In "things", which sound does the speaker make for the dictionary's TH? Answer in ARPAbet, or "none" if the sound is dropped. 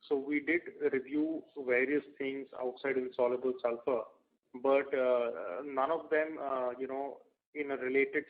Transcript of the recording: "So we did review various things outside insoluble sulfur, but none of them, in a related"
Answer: T